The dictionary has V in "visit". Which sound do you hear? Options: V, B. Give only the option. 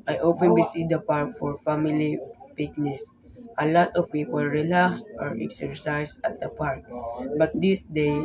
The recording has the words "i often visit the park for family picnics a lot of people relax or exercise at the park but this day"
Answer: B